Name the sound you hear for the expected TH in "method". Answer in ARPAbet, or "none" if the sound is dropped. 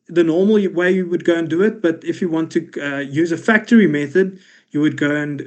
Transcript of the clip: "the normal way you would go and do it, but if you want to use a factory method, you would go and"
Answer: TH